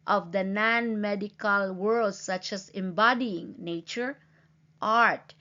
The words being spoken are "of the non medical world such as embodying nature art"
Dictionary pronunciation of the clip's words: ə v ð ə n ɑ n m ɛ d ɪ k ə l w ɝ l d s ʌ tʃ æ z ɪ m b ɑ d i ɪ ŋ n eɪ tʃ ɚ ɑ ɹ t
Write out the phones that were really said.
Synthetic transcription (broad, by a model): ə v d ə n ɑ n m ɛ d ɪ k ə l w ɝ l d s ʌ tʃ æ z ɪ m b ɑ d i ɪ ŋ n eɪ tʃ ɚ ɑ ɹ t